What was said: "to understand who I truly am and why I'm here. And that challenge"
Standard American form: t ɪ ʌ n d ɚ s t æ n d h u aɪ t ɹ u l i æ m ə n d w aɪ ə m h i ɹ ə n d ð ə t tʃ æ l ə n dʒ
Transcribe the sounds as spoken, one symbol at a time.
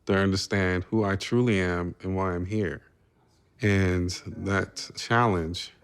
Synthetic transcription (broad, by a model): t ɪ ʌ n d ɚ s t æ n d h u aɪ t ɹ u l i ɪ m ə n w aɪ ə m h i ɹ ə n ð ə t tʃ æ l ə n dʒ